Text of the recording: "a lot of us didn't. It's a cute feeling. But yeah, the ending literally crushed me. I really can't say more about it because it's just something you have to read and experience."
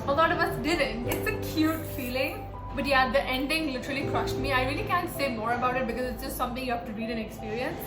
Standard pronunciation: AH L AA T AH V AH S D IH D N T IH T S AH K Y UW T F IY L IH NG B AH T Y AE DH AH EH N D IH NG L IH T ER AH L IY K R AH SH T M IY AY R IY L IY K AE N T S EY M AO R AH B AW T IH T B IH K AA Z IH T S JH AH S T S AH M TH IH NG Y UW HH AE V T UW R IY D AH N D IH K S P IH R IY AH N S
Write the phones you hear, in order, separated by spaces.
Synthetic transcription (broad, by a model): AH L AA T AH V AH S D IH D N T IH T S AH K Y UW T F IY L IH NG B AH T Y AE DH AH EH N D IH NG L IH T ER AH L IY K R AH SH T M IY AY R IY L IY K AE N T S EY M AO R AH B AW T IH T B IH K AA Z IH T S JH AH S T S AH M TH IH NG Y UW HH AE F T UW R IY D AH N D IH K S P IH R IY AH N S